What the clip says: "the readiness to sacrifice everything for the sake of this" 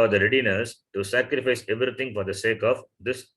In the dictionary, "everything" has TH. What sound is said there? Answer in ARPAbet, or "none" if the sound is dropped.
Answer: T